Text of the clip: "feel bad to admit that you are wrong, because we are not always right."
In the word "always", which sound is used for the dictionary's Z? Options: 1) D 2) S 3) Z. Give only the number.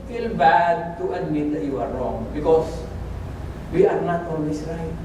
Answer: 2